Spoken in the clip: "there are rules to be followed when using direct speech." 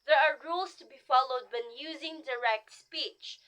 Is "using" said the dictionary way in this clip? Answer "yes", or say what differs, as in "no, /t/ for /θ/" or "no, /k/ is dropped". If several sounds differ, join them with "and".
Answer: yes